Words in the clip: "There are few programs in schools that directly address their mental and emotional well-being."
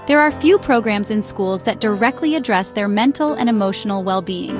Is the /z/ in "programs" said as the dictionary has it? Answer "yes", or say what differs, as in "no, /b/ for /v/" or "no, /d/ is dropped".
yes